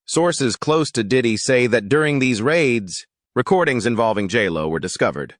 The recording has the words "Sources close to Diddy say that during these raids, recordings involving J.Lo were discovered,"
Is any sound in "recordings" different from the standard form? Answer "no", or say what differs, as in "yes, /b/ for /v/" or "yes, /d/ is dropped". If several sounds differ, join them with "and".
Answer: no